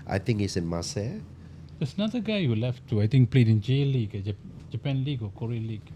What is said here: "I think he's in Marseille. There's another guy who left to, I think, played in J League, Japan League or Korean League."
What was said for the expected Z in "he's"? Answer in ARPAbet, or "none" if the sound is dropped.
S